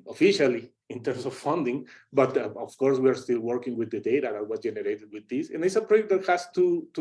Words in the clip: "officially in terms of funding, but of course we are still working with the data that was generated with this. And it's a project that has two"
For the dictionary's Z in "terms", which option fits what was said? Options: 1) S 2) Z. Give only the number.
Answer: 1